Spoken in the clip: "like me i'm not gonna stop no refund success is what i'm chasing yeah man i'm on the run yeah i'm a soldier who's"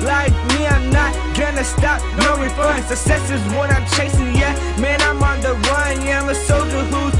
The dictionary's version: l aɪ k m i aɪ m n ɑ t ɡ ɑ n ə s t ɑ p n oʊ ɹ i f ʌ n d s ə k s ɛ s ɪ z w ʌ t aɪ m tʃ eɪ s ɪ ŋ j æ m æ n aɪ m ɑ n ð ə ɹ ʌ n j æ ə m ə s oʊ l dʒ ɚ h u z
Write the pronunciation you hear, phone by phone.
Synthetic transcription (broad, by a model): l aɪ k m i aɪ m n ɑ t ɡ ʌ n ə s t ɑ p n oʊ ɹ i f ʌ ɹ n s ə s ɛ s ɪ z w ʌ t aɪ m tʃ eɪ s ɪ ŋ j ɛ m æ n aɪ m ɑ n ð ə w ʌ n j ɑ ə m ə s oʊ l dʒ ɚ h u